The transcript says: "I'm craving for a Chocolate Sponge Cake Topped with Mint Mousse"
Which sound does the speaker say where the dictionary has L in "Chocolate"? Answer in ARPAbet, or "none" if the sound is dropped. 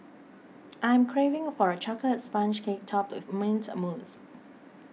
none